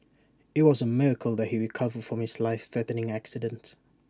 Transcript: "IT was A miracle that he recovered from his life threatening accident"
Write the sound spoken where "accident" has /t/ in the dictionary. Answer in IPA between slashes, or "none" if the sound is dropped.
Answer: /t/